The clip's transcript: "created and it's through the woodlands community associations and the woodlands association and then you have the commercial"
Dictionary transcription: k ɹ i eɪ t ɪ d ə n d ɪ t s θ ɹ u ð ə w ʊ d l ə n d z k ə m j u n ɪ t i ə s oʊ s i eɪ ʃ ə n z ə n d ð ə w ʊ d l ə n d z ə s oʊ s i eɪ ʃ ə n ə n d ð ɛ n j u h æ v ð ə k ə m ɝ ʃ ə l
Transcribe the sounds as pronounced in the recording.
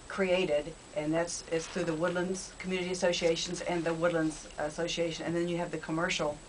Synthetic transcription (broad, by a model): k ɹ i eɪ t ɪ d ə n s ɪ t s θ ɹ u ð ə w ʊ d l ə n d z k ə m j u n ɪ t i ə s oʊ s i eɪ ʃ ə n z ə n ð ə w ʊ d l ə n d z ə s oʊ s i eɪ ʃ ə n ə n ð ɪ n j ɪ v ð ə k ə m ɝ ʃ l